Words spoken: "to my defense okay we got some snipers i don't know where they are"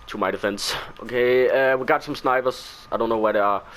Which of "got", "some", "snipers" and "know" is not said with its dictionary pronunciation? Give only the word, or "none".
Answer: snipers